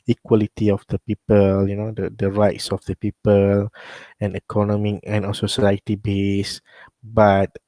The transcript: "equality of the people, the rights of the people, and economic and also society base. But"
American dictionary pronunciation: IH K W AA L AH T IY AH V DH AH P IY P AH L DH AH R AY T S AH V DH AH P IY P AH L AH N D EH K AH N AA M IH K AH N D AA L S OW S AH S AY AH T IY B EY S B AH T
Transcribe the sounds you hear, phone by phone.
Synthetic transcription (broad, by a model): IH K W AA L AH T IY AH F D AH P IY P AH L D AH R AY T S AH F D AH P IY P AH L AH N EH K AH N AA M IH K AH N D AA S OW S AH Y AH T IY B EY S B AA T